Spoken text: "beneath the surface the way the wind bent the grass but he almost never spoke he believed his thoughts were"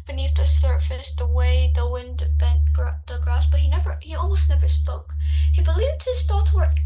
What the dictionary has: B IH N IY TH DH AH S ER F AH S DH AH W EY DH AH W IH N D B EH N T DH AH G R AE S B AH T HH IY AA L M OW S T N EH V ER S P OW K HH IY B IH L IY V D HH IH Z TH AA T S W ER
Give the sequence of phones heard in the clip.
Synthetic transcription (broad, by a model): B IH N IY TH DH AH S ER F AH S DH AH W EY DH AH W IH N D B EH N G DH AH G R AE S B AH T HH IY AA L M OW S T N EH V ER S P OW K HH IY B IH L IY V D HH IH Z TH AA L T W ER